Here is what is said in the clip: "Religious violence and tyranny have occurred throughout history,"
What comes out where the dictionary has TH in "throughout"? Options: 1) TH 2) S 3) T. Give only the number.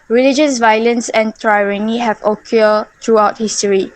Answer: 3